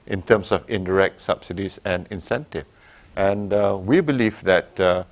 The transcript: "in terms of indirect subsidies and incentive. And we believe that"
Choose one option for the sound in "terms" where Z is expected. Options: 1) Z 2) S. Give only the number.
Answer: 2